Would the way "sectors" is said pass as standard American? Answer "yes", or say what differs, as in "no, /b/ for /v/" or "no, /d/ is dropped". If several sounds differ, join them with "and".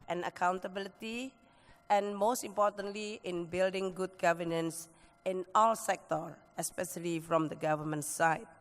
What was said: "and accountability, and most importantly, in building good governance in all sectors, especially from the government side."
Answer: no, /z/ is dropped